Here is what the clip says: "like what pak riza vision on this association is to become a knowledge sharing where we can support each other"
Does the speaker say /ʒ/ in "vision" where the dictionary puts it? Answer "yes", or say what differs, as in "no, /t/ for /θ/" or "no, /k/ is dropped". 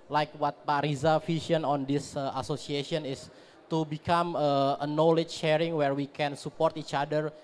no, /ʃ/ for /ʒ/